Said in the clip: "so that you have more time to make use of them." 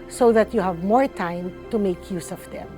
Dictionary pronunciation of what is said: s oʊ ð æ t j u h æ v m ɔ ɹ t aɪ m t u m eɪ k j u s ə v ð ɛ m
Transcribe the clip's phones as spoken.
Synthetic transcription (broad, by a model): s oʊ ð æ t j u h æ v m ɔ ɹ t aɪ m t u m eɪ k j u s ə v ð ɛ m